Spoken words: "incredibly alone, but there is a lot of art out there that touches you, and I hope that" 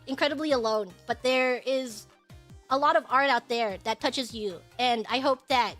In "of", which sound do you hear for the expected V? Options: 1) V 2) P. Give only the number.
1